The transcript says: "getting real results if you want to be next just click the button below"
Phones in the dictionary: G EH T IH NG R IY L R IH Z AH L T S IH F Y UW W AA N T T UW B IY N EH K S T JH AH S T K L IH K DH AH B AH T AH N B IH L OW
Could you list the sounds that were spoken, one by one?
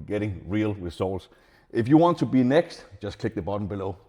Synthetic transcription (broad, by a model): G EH T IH NG R IY L W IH S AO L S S IH F Y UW W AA N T T UW B IY N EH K S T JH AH S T K L IH K DH AH B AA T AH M B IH L OW